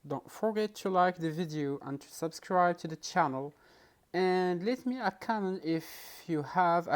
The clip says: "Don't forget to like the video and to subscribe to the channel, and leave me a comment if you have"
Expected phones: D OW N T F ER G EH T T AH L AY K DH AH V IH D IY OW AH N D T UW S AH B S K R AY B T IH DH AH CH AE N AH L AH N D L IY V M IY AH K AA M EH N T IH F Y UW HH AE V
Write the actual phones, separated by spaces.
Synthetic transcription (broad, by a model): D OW N T F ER G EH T T AH L AY K DH AH V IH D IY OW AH N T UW S AH B S K R AY B T IH DH AH CH AE N AH L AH N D L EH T M IY AH K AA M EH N IH F Y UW HH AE V